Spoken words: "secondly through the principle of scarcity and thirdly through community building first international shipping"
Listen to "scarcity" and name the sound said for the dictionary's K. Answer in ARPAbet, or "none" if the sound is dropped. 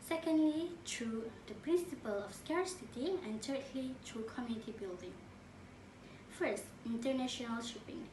K